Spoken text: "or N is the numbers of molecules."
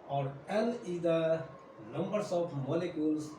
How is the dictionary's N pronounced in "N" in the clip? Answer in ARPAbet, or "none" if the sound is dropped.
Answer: L